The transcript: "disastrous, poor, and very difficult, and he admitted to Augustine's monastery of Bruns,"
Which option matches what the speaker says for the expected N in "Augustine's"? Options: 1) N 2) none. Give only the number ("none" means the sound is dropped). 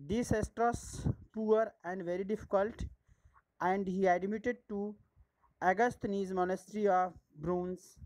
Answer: 2